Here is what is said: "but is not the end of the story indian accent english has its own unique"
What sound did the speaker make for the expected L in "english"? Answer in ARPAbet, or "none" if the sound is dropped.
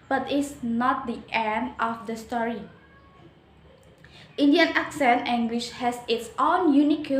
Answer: W